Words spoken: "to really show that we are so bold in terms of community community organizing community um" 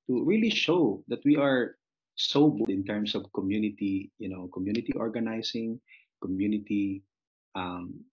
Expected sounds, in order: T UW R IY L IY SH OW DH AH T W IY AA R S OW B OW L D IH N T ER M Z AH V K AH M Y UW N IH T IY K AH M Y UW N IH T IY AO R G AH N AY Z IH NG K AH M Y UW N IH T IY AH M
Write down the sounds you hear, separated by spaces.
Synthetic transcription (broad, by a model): T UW R IY L IY SH OW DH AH T W IY AA R S OW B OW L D IH N T ER M S AH V K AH M Y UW N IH T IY K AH M Y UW N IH T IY AO R G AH N AY S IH NG K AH M Y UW N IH T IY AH M